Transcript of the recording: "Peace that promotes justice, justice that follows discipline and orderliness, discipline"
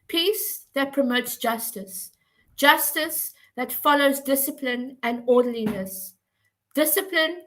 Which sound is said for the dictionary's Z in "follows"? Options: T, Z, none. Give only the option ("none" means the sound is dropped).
Z